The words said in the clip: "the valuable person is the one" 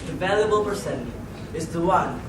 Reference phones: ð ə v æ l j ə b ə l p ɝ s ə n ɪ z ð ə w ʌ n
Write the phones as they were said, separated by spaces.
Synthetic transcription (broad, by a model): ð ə v æ l j ə b ə l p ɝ s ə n ɪ z ð ə w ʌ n